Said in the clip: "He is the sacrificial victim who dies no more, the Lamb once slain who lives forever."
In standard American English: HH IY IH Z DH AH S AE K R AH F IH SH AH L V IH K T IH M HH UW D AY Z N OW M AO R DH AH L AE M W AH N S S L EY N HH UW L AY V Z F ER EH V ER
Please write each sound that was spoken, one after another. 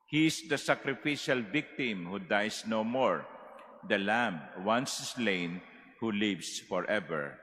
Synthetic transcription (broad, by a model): HH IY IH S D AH S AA K R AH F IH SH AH L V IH K T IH M HH UW D AY S N OW M AO R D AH L AE M W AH N S S L EY N HH UW L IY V S F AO EH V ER